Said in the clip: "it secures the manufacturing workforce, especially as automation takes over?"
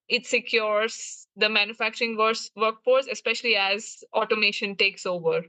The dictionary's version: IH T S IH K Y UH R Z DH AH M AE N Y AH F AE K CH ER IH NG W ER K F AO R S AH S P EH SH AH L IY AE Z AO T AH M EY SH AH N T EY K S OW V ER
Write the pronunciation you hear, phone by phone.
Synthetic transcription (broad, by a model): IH T S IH K Y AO R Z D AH M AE N Y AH F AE K CH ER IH NG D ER K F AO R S AH S P EH SH AH L IY AE Z AO T AH M EY SH AH N T EY K S OW V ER